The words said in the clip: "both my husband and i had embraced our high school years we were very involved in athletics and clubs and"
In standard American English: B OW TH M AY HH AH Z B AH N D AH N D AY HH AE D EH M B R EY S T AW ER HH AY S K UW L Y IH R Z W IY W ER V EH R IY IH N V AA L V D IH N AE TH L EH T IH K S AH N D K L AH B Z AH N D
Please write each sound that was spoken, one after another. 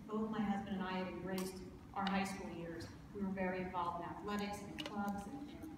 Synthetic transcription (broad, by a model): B OW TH M AY HH AH Z B AH N D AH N AY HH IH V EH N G R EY S T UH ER HH AY S K UW L Y IH R Z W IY W ER V EH R IY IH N V AA L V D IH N AE TH L EH T IH K S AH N K L AH B Z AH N